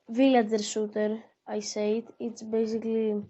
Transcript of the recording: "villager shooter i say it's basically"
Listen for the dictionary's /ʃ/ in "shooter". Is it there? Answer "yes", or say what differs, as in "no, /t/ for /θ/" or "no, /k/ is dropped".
no, /s/ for /ʃ/